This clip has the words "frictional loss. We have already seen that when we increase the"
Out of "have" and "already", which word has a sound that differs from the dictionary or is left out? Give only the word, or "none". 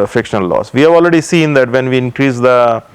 none